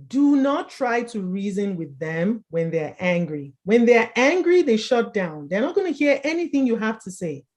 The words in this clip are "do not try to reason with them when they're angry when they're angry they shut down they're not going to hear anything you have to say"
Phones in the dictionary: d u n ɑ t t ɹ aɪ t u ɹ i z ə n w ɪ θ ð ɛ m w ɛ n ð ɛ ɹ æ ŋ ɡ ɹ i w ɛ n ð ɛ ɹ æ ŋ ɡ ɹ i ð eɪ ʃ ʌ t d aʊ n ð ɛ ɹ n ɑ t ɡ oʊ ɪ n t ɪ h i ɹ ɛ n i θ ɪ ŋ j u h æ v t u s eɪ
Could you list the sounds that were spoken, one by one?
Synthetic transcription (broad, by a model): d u n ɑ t t ɹ aɪ t u ɹ i z ə n w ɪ ð ɛ m w ɛ n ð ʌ ɹ æ ŋ ɡ ɹ i w ɛ n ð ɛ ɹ æ ŋ ɡ ɹ i ð eɪ ʃ ʌ t d aʊ n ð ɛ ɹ n ɑ t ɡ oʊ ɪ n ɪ h i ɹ ɛ n i θ ɪ ŋ j u h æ f t u s eɪ